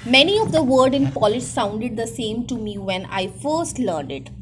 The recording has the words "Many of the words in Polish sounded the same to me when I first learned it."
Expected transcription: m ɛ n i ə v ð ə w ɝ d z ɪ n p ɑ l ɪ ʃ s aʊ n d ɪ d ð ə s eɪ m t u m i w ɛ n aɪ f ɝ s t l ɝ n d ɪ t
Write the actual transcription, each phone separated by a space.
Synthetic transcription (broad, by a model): m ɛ n i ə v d ə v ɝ d ɪ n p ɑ l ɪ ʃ s aʊ n d ɪ d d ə s eɪ m t u m i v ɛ n aɪ f ɝ s t l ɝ n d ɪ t